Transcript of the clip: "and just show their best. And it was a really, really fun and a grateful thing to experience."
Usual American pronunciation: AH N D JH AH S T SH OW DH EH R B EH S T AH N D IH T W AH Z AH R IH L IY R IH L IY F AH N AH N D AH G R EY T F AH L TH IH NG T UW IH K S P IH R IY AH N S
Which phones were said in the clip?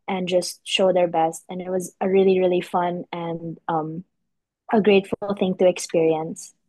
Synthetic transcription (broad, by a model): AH N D JH AH S T SH OW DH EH R B EH S T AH N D IH T W AH Z AH R IH L IY R IH L IY F AH N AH N D AH G R EY T F L TH IH NG T UW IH K S P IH R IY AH N S